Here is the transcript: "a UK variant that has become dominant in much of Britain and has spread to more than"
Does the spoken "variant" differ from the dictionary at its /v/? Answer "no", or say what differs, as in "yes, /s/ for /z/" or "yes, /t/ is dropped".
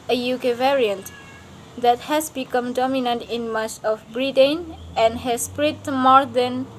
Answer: no